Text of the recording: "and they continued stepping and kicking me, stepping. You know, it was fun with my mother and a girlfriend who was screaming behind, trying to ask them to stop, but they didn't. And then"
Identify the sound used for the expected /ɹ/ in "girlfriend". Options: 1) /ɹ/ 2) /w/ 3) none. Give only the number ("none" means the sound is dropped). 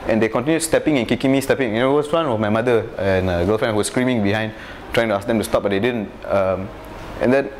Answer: 3